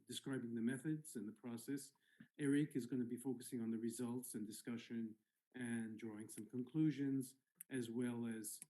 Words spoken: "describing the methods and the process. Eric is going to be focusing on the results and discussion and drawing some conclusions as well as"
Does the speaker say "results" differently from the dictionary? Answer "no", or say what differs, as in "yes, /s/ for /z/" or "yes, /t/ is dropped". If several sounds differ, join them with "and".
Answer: no